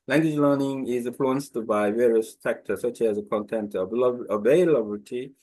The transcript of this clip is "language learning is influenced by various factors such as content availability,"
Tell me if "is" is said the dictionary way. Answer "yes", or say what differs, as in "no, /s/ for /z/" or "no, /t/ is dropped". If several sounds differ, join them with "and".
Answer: yes